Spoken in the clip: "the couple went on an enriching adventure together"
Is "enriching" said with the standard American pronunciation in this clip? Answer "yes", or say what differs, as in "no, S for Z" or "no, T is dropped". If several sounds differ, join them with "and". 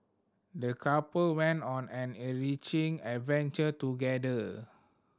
no, N is dropped